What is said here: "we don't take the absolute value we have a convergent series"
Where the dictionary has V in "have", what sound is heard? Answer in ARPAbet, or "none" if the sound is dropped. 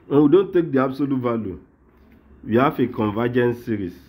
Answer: F